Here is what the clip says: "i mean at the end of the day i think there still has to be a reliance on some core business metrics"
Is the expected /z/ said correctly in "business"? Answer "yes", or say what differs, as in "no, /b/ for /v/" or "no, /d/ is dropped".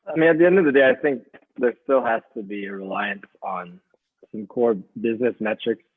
yes